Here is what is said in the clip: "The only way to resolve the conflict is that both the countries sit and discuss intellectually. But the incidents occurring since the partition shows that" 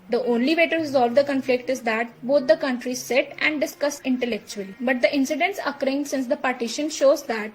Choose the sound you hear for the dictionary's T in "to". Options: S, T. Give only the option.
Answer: T